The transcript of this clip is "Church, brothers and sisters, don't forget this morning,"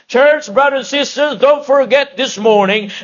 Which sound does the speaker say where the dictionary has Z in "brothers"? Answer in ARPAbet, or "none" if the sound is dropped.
none